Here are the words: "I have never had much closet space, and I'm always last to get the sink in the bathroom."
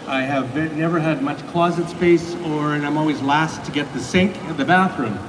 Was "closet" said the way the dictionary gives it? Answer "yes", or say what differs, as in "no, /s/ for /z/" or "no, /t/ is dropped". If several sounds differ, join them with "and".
yes